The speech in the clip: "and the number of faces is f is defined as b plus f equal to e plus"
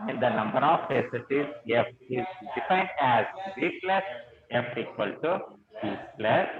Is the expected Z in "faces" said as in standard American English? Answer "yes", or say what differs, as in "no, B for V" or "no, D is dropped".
no, S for Z